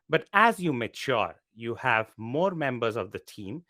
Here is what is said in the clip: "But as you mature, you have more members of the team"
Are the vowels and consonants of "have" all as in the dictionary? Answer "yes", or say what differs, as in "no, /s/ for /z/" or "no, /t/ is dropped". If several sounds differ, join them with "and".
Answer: yes